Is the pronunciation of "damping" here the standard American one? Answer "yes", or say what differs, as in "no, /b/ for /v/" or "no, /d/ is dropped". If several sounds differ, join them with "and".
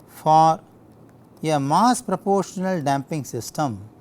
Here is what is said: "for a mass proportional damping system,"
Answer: yes